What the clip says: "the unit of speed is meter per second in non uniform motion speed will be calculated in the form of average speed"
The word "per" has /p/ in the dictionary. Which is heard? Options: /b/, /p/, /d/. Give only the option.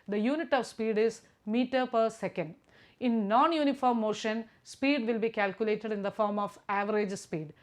/p/